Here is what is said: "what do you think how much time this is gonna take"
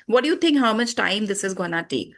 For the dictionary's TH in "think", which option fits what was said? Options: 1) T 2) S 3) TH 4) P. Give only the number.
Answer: 1